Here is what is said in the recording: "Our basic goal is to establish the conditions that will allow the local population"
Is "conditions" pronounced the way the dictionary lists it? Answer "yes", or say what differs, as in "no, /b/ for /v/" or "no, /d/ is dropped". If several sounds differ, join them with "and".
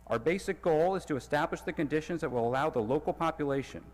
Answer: yes